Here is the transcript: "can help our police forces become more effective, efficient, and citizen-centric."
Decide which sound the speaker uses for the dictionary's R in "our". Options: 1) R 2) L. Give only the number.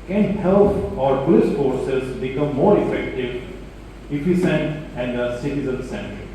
1